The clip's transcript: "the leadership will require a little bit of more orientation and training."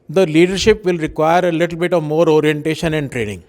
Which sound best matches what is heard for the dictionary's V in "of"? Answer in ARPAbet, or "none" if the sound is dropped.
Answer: V